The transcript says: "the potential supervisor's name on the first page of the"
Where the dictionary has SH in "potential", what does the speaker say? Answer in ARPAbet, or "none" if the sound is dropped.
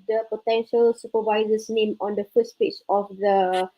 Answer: SH